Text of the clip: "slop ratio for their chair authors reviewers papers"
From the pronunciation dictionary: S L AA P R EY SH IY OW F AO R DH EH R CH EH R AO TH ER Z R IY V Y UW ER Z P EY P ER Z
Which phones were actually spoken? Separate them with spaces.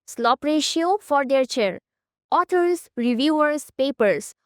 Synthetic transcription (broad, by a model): S L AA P R EY SH IY OW F AO R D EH R CH EH R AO T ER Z R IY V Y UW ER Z P EY P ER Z